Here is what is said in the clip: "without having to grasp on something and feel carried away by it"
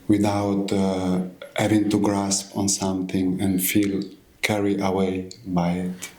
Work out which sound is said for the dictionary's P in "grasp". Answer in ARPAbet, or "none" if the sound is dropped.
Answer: P